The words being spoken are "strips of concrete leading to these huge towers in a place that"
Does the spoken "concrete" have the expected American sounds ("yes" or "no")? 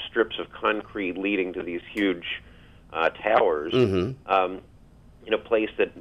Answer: yes